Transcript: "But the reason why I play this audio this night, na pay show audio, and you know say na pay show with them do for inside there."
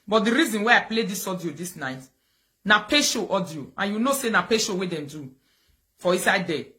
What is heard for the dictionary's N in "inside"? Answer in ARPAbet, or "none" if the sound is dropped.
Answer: none